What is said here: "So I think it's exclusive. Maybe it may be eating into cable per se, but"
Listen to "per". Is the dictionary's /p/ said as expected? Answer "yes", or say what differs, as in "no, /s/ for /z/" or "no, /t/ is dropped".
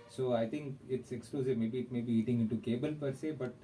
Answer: yes